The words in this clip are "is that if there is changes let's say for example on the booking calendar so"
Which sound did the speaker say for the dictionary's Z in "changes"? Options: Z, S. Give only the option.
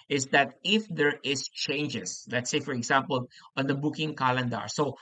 S